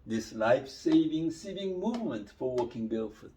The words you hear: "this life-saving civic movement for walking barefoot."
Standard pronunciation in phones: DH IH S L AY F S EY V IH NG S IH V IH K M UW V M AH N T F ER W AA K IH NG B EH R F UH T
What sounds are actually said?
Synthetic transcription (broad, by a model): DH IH S L AY F S EY V IH NG S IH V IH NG M UW V M AH N T F ER W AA K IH NG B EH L F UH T